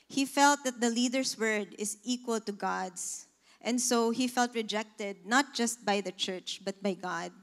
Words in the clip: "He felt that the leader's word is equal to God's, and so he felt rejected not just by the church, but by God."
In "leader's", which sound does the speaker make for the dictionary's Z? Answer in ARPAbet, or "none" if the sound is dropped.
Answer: S